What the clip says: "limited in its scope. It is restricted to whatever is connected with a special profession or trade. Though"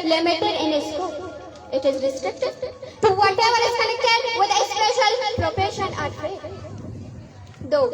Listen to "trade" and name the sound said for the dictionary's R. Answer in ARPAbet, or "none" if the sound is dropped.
none